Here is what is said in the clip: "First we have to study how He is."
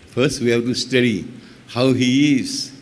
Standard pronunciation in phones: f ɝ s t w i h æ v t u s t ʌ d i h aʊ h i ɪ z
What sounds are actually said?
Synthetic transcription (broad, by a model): f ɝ s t w i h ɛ b t u s t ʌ d i h aʊ h i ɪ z